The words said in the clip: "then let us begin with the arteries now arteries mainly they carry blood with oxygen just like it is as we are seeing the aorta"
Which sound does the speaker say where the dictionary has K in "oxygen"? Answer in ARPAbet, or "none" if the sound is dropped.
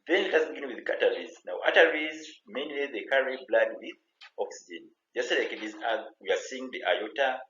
K